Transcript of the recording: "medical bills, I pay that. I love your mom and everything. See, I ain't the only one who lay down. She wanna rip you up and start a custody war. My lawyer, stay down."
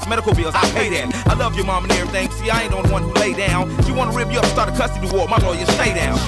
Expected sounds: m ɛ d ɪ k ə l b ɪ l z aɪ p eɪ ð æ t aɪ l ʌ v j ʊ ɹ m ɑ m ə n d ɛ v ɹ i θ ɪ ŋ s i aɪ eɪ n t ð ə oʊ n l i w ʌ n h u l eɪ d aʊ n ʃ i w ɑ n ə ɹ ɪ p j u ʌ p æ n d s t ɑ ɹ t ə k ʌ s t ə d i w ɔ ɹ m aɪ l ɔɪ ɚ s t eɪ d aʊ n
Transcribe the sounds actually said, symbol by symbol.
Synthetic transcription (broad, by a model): m ɛ d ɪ k l b ɪ l z aɪ p eɪ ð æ t aɪ l ʌ v j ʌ ɹ m ɑ m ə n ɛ ɹ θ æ ŋ s i aɪ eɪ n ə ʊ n w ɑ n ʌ l eɪ d aʊ n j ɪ w ɑ n ə ɹ ɪ p j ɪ ʌ p s t ɑ ɹ t ə k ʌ s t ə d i w ɔ ɹ m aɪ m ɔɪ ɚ s t eɪ d aʊ n